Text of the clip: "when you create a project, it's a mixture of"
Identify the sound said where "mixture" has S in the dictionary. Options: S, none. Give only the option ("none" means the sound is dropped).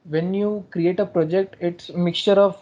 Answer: S